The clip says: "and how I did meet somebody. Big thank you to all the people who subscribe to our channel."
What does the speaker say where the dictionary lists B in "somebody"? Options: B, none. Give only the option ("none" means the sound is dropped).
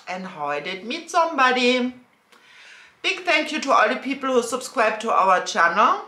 B